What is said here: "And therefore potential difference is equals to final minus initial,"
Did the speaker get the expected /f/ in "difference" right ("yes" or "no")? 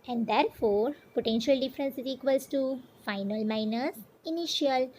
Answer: yes